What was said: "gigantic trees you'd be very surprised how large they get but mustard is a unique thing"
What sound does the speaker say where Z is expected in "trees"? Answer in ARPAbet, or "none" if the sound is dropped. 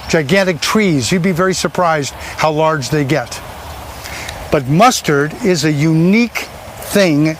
Z